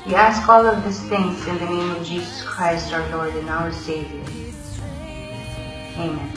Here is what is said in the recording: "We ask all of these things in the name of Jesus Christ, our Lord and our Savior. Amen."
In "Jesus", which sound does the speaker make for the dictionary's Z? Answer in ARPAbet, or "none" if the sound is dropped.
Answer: Z